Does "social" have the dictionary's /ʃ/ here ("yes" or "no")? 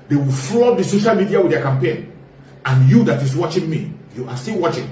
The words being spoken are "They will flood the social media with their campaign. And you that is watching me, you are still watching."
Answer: yes